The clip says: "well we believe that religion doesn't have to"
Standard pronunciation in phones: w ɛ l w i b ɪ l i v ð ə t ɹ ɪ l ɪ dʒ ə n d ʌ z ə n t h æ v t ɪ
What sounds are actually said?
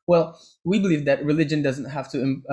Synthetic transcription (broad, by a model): w ɛ l w i b ɪ l i v ð ə t ɹ ɪ l ɪ dʒ ə n d ʌ z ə n t h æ f t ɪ